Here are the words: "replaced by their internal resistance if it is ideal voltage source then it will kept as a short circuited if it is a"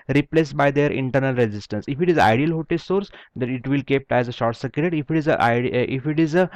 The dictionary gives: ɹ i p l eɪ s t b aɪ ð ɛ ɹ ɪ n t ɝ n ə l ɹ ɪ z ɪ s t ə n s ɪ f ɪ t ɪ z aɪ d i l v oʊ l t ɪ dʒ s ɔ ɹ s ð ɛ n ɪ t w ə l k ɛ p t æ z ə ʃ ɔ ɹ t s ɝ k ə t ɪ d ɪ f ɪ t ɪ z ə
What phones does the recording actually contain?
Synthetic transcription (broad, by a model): ɹ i p l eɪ s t b aɪ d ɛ ɹ ɪ n t ɝ n ə l ɹ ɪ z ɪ s t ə n s ɪ f ɪ t ɪ z aɪ d i l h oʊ t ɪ s ɔ ɹ s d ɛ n ɪ t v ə l k ɛ p t æ z ə ʃ ɔ ɹ t s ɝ k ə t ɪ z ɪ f ɪ t ɪ z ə